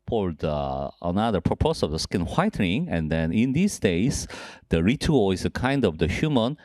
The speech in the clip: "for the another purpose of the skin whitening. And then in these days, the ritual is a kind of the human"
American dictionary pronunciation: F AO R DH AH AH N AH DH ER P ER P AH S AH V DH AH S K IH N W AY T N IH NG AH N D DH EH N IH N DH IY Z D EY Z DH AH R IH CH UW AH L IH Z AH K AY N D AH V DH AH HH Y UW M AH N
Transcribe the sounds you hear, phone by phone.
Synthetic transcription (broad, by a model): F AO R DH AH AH N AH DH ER P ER P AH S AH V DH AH S K IH N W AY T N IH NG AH N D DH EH N IH N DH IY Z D EY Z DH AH R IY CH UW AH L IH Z AH K AY N D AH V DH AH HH Y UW M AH N